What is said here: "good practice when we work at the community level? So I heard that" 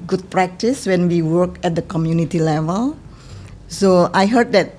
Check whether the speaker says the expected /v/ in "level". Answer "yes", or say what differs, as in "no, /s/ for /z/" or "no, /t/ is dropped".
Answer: yes